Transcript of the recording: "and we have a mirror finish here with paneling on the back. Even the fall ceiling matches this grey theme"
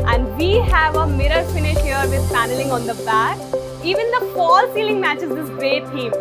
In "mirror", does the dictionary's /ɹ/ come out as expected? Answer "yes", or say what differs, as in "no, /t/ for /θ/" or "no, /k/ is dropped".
yes